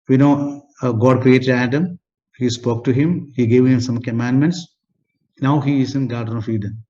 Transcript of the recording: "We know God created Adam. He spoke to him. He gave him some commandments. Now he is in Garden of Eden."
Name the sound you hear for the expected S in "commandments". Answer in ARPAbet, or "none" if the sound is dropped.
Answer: S